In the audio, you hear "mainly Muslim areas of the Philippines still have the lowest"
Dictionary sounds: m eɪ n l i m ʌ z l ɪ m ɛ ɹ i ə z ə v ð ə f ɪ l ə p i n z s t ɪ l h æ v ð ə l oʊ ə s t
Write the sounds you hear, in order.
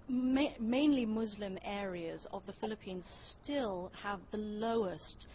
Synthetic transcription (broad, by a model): m eɪ n l i m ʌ z l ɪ m ɛ ɹ i ə z ə v ð ə f ɪ l ə p i n z s t ɪ l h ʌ v ð ə l oʊ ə s t